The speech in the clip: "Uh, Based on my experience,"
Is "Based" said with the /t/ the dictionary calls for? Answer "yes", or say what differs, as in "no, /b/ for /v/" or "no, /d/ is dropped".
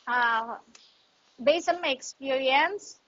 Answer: no, /t/ is dropped